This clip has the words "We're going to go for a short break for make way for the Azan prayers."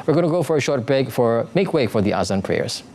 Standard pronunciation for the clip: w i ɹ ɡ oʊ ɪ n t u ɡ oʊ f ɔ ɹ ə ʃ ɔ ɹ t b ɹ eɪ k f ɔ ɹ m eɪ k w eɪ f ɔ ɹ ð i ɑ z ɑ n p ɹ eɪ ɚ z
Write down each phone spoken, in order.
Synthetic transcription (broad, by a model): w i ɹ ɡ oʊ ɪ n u ɡ oʊ f ɔ ɹ ə ʃ ɔ ɹ t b eɪ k f ɔ ɹ m eɪ k w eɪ f ɔ ɹ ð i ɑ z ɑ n p ɹ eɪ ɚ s